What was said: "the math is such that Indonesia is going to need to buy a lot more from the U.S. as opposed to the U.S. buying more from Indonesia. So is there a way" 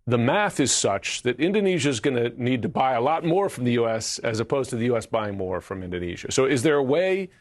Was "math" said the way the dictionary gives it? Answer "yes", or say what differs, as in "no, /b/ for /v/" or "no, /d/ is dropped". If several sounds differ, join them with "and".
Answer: yes